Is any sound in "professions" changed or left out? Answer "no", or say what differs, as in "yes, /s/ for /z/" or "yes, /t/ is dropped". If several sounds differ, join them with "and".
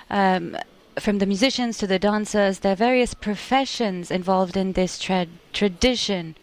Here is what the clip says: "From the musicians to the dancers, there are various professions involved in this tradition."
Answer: no